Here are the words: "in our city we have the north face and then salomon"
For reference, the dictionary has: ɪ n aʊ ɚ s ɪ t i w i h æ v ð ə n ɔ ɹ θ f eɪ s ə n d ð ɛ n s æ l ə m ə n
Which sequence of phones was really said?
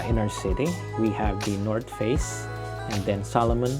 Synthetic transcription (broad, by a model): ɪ n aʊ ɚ s ɪ t i w i h æ v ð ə n ɔ ɹ t f eɪ s ə n d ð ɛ n s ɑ l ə m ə n